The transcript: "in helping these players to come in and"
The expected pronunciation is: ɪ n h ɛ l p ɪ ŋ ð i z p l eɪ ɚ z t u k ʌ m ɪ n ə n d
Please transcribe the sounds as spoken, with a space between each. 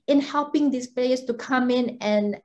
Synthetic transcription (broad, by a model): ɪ n h ɛ l p ɪ ŋ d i s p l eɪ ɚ s t u k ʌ m ɪ n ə n